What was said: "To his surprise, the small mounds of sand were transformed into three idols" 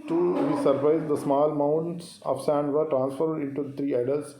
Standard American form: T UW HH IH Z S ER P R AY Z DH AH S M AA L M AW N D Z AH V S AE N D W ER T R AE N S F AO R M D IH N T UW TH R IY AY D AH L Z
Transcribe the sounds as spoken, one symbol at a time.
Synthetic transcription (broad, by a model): T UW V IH S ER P R AY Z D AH S M AA L M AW N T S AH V S AE N D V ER T R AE N S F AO R D IH N T UW T R IY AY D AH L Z